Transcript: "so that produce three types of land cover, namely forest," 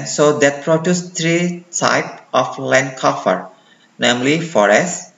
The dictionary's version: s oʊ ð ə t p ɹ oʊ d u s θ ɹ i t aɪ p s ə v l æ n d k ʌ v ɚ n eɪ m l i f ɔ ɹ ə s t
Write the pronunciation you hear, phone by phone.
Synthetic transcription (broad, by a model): s oʊ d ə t p ɹ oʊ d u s t ɹ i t aɪ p ə f l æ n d k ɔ f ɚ n eɪ m l i f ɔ ɹ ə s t